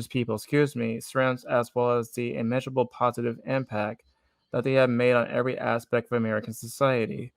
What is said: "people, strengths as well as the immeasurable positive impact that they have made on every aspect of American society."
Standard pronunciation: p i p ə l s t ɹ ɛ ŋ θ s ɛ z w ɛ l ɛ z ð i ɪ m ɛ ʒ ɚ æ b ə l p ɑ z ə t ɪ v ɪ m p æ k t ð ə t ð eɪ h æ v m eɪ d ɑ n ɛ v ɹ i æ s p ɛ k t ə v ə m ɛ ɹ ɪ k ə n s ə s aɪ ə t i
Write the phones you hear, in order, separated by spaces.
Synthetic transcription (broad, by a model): p i p l s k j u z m s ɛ z w ɛ l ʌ z ð i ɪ m ɛ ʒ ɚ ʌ b l p ɑ z ə t ɪ v ɪ m p æ k t ð ə t ð eɪ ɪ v m eɪ d n ɛ v ɹ i æ s p ɛ k t ə v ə m ɛ ɹ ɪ k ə n s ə s aɪ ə t i